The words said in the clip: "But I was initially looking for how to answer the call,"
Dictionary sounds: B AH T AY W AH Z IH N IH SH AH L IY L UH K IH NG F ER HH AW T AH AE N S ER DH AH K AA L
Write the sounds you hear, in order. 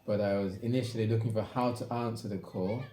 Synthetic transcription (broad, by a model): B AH T AY W AH Z IH N IH SH AH L IY L UH K IH NG F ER HH AW T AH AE N S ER DH AH K AA